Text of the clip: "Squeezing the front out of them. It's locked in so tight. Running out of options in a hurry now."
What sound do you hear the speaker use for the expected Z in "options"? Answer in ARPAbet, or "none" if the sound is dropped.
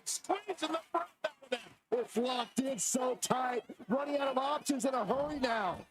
Z